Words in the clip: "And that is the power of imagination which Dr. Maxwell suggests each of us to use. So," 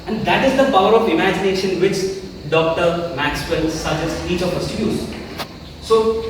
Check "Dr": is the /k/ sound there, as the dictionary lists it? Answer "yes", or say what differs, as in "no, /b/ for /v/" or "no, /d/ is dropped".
yes